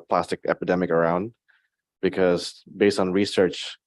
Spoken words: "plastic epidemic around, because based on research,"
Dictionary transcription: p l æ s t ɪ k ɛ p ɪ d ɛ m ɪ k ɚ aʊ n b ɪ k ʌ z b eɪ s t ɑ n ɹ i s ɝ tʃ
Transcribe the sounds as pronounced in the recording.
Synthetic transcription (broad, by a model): p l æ s t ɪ k ɛ p ɪ d ɛ m ɪ k ɚ aʊ n b ɪ k ʌ z b eɪ s t n ɹ i s ɝ tʃ